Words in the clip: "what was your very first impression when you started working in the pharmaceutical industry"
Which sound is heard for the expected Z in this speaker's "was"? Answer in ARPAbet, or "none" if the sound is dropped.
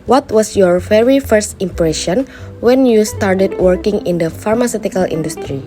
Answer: S